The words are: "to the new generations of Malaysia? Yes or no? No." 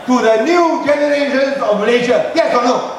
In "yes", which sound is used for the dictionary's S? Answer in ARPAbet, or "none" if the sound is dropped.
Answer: none